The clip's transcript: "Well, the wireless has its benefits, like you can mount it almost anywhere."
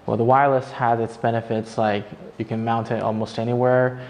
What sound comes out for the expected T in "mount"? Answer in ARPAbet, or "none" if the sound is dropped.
T